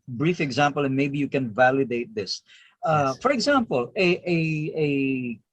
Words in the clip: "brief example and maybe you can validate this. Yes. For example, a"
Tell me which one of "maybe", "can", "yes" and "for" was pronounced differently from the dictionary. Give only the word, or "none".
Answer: yes